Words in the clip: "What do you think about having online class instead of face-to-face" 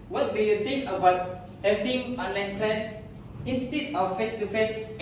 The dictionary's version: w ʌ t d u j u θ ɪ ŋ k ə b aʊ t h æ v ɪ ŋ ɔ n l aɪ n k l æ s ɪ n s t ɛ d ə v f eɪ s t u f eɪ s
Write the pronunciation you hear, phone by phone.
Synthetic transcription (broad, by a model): w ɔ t d u j u t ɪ ŋ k ə b aʊ t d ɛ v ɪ ɔ n l aɪ n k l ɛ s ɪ n s t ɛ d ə f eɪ s t u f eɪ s